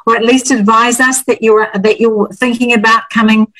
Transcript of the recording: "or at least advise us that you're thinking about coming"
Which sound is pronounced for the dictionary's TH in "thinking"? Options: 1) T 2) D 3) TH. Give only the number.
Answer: 3